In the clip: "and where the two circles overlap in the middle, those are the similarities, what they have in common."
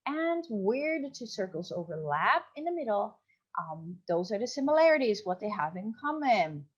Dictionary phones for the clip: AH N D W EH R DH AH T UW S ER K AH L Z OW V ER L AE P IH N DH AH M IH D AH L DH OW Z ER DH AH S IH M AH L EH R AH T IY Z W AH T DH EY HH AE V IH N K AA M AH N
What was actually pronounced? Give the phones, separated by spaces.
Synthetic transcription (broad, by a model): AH N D W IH R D T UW S ER K L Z OW V ER L AE P IH N DH AH M IH D L DH OW Z ER DH AH S IH M AH L EH R AH T IY Z W AH T DH EY HH AE V IH N K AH M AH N